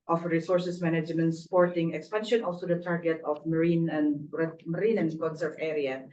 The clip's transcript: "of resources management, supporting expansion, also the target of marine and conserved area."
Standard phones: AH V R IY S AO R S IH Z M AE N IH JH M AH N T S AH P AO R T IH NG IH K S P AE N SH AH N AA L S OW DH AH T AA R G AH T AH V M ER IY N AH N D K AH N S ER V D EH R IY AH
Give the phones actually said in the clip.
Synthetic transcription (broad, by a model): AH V R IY S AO R S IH S M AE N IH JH M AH N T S P AO R T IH NG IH K S P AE N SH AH N AA L S OW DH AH T AA R G AH T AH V M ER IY N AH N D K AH N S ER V EH R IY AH